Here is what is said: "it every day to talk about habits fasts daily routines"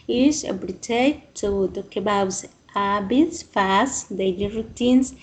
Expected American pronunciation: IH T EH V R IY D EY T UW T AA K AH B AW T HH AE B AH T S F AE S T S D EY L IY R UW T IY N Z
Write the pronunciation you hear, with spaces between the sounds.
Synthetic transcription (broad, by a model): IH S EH B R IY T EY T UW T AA K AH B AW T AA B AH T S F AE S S D EY L IY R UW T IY N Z